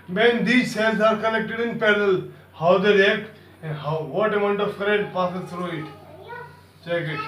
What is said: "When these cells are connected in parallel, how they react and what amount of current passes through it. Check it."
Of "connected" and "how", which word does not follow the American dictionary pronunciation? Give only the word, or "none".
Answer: connected